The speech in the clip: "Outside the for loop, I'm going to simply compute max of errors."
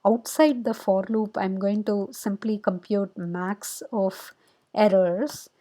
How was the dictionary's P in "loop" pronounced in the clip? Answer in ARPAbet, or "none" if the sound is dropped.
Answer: P